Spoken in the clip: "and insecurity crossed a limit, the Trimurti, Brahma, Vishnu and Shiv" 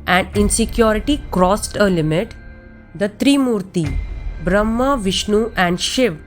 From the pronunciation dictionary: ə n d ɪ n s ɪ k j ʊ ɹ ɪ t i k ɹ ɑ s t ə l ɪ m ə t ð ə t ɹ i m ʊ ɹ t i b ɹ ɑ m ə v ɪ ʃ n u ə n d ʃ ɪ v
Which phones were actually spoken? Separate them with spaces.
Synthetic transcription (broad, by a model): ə n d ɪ n s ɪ k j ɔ ɹ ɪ t i k ɹ ɑ s t ə l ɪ m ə t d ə t ɹ i m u ɹ t i b ɹ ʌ m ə v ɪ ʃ n u ə n d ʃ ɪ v